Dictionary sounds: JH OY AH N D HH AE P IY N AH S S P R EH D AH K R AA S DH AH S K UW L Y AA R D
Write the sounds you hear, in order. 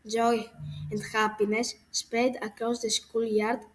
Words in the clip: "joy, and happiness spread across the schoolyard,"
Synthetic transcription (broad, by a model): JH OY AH N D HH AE P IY N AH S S P EH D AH K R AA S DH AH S K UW L Y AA R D